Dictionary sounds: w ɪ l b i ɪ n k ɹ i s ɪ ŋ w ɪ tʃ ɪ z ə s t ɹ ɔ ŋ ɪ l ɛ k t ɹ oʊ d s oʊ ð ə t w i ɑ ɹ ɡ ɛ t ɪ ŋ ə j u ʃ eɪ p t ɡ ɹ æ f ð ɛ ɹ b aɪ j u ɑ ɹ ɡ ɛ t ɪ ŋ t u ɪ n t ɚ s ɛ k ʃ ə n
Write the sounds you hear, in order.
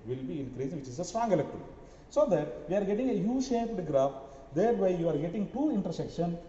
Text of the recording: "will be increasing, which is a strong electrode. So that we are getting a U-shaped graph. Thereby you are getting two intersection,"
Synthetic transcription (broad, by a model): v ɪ l b i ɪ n k ɹ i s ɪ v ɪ tʃ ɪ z ə s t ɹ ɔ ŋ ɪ l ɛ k t oʊ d s oʊ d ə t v i ɑ ɹ ɡ ɛ t ɪ ŋ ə j u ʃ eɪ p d ɡ ɹ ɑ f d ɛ ɹ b aɪ j u ɑ ɹ ɡ ɛ t ɪ ŋ t u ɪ n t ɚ s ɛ k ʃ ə n